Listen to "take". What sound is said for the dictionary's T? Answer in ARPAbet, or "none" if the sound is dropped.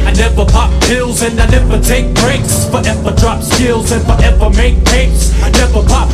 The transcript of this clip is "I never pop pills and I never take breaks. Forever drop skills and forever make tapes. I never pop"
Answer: T